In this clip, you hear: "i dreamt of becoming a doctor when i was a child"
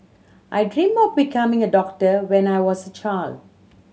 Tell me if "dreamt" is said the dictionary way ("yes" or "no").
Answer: no